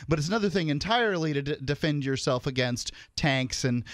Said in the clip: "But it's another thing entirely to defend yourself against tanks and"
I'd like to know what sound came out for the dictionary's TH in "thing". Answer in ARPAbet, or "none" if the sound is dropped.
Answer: TH